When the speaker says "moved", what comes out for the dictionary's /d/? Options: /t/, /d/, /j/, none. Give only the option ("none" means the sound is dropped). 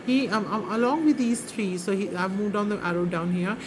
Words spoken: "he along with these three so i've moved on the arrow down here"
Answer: /d/